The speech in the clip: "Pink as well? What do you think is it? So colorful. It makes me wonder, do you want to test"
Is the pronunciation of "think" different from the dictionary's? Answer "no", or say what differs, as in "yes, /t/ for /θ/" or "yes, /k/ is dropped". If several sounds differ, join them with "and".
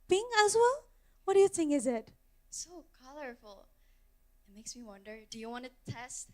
yes, /k/ is dropped